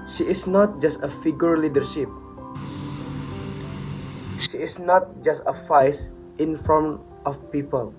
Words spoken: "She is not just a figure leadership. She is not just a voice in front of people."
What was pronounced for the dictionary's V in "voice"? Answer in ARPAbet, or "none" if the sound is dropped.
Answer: F